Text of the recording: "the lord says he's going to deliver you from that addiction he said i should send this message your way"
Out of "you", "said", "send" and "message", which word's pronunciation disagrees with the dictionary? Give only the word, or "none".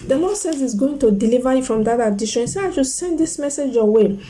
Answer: said